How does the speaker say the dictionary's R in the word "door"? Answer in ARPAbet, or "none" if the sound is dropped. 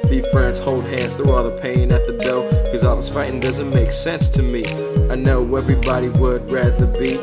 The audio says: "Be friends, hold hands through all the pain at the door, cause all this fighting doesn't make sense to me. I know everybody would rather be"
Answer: L